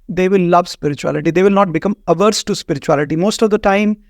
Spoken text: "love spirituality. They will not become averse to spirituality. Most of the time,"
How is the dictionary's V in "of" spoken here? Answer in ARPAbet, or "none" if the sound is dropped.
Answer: V